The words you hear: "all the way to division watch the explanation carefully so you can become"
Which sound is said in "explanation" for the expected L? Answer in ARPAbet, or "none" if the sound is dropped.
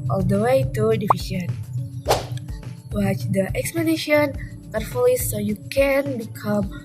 none